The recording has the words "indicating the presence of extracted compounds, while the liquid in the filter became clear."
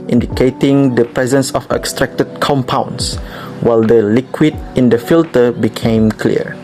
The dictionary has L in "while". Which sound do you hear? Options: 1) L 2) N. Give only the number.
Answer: 1